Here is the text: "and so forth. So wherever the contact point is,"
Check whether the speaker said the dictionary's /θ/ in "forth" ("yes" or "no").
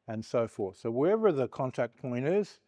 yes